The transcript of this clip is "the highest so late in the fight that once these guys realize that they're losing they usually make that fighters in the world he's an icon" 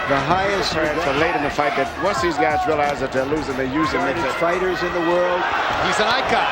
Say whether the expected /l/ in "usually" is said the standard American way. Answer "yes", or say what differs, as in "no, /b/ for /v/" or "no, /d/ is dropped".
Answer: no, /n/ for /l/